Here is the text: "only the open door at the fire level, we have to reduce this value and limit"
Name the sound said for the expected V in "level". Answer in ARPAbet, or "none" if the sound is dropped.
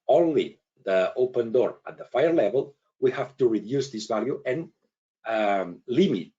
V